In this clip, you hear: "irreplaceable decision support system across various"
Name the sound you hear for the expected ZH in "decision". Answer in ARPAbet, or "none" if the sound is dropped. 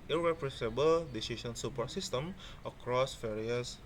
S